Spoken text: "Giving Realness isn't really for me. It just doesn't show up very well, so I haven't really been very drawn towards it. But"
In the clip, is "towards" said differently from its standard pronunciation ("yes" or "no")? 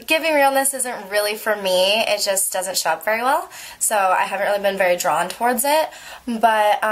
no